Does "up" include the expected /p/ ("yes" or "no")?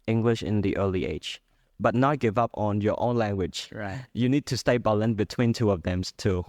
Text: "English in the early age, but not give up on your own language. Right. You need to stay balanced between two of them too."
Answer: yes